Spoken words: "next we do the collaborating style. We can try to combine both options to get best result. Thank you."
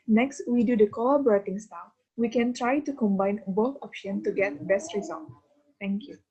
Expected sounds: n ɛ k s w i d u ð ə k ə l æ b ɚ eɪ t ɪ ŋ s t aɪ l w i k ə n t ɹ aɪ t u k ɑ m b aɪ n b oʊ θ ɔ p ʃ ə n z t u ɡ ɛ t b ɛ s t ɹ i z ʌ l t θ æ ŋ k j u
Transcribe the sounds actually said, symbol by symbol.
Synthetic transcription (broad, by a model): n ɛ k s w i d u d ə k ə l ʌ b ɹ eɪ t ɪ ŋ s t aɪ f w i k ə n t ɹ aɪ t u k ɑ m b aɪ n b oʊ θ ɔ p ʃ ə n t u ɡ ɛ t b ɛ s t ɹ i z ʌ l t t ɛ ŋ k j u